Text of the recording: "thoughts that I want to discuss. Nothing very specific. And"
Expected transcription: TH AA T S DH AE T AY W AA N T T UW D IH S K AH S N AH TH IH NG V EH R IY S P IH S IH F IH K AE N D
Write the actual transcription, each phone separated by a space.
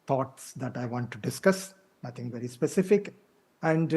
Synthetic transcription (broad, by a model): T AA T S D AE T AY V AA N T T UW D IH S K AH S N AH T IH NG V EH R IY S P IH S IH F IH K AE N D